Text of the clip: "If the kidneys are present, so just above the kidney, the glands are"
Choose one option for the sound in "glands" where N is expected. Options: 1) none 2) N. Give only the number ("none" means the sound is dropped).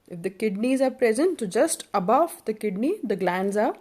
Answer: 2